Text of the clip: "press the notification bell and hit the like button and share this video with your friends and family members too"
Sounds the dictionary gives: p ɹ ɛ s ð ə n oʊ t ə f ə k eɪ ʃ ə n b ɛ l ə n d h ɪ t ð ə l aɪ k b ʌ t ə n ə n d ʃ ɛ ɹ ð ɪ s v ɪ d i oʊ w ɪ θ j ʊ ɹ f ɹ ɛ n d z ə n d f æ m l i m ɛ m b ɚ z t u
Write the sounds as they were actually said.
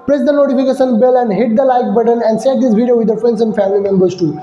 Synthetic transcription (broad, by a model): p ɹ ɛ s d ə n oʊ t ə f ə k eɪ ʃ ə n b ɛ l ə n d h ɪ t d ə l aɪ k b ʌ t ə n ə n d s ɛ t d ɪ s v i d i oʊ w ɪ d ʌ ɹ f ɹ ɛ n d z ə n d f æ m l i m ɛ m b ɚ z t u